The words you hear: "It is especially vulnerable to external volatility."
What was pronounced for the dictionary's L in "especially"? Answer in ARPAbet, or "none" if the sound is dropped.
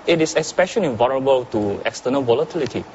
N